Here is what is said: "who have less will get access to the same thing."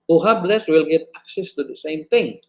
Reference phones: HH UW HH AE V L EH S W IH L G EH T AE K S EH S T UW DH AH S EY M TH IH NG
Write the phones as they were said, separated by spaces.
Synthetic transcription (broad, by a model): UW HH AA B L EH S W IH L G EH T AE K S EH S T UW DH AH S EY M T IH NG